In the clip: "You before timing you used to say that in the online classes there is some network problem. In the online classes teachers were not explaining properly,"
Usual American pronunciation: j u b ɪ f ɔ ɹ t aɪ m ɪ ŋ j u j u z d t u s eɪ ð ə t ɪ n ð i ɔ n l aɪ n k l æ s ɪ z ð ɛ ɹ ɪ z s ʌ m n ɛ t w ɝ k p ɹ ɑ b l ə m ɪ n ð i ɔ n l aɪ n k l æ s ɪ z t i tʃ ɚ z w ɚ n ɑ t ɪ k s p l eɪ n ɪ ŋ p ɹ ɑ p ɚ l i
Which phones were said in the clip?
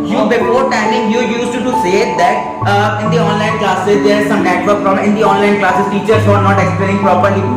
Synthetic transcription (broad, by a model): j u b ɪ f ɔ ɹ t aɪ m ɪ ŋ j u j u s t t u s eɪ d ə t ɪ n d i ɔ n l aɪ n k l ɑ s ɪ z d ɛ ɹ ɪ z s ʌ m n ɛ t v ɝ k f ɹ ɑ m ɪ n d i ɔ n l aɪ n k l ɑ s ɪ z t i tʃ ɚ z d n ɑ t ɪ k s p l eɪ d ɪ ŋ p ɹ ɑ p ɚ l i